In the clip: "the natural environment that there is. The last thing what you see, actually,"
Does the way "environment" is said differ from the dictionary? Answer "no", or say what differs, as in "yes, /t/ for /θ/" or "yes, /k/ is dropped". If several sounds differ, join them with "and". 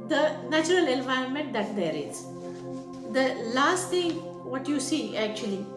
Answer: no